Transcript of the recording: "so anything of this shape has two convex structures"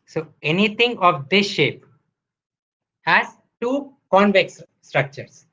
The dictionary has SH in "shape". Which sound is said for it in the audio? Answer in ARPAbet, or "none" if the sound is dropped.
SH